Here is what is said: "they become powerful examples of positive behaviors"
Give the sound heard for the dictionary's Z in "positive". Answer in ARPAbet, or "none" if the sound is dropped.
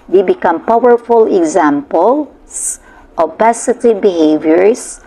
S